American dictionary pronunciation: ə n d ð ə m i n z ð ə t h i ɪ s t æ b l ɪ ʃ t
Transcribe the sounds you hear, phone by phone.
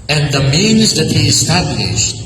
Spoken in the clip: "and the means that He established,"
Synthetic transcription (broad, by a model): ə n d ð ə m i n z ð ə t h i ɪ s t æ b l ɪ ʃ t